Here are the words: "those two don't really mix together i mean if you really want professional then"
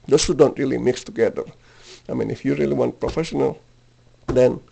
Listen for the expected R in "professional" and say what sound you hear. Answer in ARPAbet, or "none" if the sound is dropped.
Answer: R